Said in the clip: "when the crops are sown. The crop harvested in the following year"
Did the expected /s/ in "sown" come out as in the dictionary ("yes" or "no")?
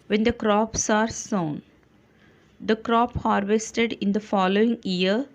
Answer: yes